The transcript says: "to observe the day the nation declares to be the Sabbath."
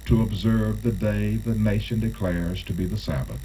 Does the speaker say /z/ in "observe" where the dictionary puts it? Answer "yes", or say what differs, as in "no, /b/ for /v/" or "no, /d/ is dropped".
yes